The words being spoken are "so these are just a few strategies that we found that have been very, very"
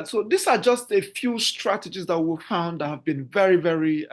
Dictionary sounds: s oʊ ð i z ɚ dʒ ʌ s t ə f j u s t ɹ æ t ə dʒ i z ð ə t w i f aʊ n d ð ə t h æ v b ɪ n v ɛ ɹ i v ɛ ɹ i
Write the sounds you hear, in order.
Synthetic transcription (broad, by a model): s oʊ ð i s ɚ dʒ ʌ s t ə f j u s t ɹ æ t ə dʒ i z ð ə t w i f aʊ n d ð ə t h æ v b ɪ n v ɛ ɹ i v ɛ ɹ i